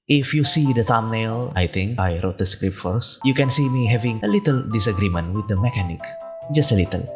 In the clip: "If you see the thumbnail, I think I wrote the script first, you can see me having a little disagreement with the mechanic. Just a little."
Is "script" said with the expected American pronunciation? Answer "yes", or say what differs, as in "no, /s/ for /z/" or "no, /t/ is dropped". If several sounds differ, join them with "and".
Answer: yes